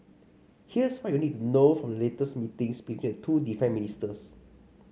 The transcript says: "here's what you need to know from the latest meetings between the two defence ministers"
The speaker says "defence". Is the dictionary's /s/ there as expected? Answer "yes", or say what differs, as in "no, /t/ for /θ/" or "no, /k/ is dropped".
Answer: no, /s/ is dropped